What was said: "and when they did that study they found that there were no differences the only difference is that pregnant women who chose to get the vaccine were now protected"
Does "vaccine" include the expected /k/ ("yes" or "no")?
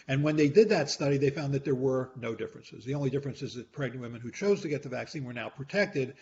yes